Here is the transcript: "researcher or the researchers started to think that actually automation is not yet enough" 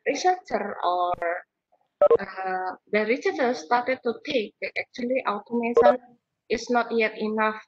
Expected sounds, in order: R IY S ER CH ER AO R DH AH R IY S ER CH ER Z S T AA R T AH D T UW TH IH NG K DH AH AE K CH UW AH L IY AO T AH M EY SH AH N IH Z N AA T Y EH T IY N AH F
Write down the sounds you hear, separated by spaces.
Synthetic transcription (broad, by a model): R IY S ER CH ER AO R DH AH R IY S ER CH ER S T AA R T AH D T UW T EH K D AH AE K CH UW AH L IY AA T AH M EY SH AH N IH S N AA T Y EH T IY N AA F